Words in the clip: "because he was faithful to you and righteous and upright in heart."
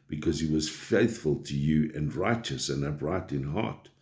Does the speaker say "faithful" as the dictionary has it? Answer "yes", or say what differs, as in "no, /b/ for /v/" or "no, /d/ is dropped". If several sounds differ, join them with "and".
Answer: yes